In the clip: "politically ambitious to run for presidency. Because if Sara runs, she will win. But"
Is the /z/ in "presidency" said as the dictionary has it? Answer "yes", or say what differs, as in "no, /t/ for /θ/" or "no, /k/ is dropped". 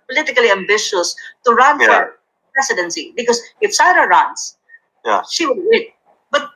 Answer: no, /s/ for /z/